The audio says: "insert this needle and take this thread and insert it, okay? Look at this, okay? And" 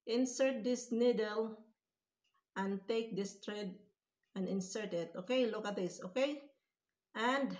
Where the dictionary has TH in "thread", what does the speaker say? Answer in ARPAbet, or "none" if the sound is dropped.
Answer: T